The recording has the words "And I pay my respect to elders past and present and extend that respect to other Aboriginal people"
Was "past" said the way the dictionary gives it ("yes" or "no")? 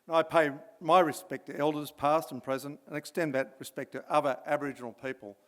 yes